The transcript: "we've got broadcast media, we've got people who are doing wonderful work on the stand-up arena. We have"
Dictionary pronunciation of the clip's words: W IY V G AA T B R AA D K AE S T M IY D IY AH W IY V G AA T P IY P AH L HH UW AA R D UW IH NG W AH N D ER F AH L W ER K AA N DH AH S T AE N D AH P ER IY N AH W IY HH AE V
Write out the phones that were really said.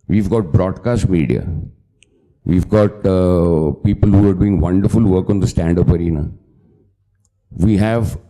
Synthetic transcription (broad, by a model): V IY V G AA T B R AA D K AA S T M IY D IY AH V IY V G AA T P IY P AH L HH UW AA R D UW IH NG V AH N D ER F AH L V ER K AA N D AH S T AE N D AH P ER IY N AH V IY HH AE V